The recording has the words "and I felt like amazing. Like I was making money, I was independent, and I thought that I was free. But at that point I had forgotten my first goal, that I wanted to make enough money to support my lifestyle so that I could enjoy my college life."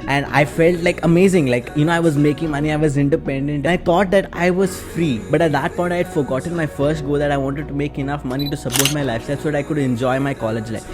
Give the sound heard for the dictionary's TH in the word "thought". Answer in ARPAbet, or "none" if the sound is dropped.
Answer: T